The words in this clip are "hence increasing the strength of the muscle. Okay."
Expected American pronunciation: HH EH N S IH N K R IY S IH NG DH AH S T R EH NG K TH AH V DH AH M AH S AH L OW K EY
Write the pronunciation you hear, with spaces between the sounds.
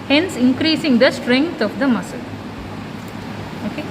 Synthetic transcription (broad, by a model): HH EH N S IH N K R IY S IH NG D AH S T R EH NG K T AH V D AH M AH S AH L OW K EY